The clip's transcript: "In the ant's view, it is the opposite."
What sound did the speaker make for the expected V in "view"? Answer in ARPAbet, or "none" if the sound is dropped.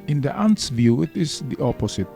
V